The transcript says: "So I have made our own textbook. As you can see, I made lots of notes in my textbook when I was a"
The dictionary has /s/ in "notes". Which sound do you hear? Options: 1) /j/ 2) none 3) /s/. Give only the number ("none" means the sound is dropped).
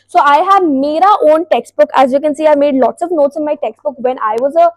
3